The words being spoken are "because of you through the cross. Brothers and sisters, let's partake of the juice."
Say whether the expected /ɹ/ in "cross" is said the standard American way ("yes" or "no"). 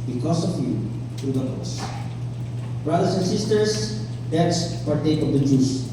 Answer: no